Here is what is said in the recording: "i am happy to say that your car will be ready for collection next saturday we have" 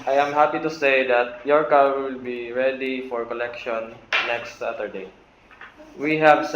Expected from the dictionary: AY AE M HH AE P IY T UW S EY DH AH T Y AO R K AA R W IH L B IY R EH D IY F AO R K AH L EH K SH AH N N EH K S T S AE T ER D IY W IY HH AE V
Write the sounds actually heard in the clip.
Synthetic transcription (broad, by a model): AY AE M HH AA P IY T UW S EY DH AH T Y AO R K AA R W IH L B IY R EH D IY F AO R K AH L EH K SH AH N N EH K S T S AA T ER D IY W IY HH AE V